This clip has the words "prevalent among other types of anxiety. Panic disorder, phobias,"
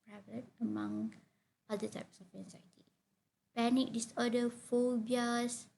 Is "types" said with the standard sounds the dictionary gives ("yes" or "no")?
yes